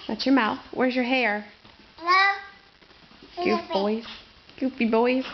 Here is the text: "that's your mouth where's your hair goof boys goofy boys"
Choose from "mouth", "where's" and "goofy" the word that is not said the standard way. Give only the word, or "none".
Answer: goofy